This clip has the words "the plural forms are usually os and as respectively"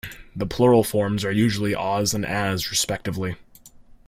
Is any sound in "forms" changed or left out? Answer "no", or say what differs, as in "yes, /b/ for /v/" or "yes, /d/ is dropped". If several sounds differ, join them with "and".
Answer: no